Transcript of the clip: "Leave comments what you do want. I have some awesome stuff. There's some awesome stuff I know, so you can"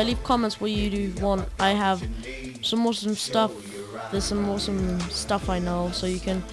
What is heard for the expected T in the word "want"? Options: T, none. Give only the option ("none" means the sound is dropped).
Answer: T